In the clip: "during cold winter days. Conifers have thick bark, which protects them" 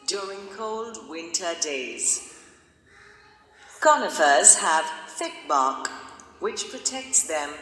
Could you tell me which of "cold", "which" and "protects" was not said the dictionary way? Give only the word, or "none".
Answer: none